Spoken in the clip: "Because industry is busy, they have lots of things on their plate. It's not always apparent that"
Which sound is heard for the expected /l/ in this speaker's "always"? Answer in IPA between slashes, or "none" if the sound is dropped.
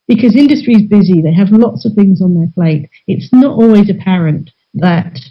/l/